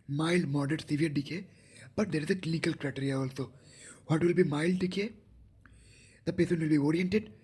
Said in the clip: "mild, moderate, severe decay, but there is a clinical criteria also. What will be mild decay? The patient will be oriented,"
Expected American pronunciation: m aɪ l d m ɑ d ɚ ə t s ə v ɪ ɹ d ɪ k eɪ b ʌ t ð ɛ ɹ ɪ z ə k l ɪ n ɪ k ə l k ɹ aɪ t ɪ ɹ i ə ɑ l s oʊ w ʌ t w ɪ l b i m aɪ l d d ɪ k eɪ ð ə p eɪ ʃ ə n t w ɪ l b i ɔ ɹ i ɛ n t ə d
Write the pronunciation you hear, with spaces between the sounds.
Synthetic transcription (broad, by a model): m aɪ l d m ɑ d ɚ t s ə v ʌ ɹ d ɪ k eɪ b ʌ t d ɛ ɹ ɪ z ə k l ɪ n ɪ k ə l k ɹ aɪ t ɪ ɹ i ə ɑ l s oʊ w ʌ t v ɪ l b i m aɪ l d d ɪ k eɪ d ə p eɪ s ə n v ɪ l b i ɔ ɹ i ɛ n t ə d